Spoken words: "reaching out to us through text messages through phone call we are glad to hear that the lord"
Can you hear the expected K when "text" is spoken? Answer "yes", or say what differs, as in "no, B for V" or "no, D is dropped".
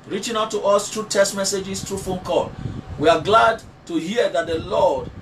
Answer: no, K is dropped